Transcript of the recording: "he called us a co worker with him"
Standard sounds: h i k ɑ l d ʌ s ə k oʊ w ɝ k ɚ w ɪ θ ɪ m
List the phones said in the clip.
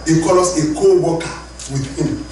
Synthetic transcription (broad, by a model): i k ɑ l ɔ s ə k oʊ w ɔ k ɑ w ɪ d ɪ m